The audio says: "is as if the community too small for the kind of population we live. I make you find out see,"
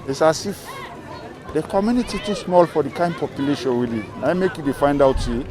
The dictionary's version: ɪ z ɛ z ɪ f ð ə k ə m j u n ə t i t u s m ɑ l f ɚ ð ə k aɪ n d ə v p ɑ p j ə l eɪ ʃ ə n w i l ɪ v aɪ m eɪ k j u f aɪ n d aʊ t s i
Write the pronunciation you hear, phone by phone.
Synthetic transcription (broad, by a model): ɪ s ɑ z ɪ f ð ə k ə m j u n ə t i t u s m ɑ l f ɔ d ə k aɪ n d p ɑ p j ə l eɪ ʃ ə n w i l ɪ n aɪ m eɪ k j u f aɪ n d aʊ t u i